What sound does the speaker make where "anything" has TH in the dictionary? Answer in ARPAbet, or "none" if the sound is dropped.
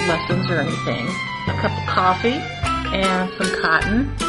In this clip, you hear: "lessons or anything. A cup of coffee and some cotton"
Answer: TH